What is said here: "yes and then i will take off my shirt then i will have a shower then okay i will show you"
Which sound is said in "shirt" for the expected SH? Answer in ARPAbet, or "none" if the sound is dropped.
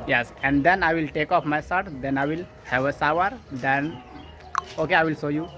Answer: S